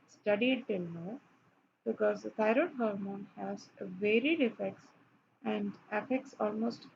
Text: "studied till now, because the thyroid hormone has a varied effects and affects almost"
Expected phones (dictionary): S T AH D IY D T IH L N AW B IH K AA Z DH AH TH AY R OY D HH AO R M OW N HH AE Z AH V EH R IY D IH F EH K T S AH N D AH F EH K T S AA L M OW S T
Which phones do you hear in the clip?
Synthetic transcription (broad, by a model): S T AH D IY D T IH L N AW B IH K AA Z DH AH T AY R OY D HH AO R M OW N HH AE Z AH V EH R IY D IH F EH K T S AH N D AH F EH K T S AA L M OW S T